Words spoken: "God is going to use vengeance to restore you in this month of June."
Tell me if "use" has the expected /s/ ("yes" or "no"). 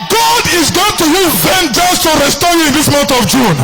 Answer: no